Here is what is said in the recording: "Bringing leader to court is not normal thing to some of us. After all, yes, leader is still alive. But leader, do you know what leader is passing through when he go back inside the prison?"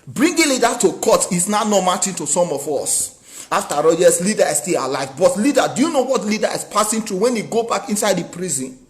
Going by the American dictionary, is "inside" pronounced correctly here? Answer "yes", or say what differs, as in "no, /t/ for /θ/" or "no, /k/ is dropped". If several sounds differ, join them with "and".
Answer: yes